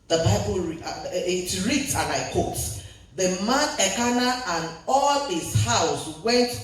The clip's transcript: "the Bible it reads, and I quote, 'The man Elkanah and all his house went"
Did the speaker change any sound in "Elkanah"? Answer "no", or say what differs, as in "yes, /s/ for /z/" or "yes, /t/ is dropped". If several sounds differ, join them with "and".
yes, /l/ is dropped